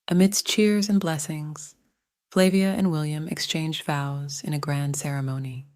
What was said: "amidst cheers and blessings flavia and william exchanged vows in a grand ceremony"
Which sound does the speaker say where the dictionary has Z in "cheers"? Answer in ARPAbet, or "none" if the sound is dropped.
Z